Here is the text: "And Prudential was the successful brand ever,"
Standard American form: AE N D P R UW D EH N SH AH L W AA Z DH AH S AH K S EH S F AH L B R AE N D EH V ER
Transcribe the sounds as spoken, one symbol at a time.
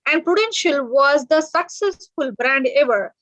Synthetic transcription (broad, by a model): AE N D P R UW D EH N SH AH L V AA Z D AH S AH K S EH S F AH L B R AE N D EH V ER